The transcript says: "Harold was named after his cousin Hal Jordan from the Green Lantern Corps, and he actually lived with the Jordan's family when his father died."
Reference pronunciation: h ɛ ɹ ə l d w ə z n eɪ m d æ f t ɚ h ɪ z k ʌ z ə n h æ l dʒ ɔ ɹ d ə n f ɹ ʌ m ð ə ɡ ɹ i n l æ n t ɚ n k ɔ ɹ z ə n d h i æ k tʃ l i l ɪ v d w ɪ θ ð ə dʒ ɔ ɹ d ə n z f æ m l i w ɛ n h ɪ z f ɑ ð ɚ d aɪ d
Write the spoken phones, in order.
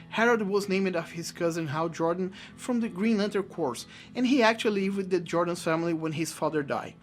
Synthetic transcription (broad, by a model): h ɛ ɹ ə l d w ə z n eɪ m d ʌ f h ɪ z k ʌ z ə n h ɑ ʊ dʒ ɔ ɹ d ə n f ɹ ʌ m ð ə ɡ ɹ i n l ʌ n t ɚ k ɔ ɹ s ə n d h i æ k tʃ i l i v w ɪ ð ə dʒ ɔ ɹ d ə n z f æ m l i w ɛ n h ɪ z f ɑ ð ɚ d aɪ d